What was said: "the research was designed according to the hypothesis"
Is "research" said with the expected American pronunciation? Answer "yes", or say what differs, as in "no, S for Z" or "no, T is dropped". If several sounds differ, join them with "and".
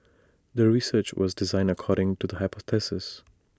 yes